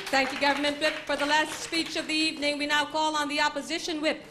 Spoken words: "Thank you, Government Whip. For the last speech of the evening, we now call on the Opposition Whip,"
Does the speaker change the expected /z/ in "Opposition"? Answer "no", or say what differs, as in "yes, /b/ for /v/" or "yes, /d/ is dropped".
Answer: no